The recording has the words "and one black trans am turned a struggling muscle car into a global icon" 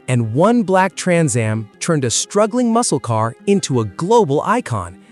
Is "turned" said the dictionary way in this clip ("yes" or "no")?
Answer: yes